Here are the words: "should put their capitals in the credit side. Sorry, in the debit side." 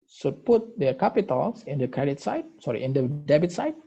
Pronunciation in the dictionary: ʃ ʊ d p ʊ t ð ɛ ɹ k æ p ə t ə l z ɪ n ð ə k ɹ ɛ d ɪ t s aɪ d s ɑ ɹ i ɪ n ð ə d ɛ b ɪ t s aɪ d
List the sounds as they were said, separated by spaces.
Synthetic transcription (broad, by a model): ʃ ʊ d p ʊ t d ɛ k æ p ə t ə l s ɪ n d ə k ɹ ɛ d ɪ t s aɪ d s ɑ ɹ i ɪ n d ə d ɛ b ɪ t s aɪ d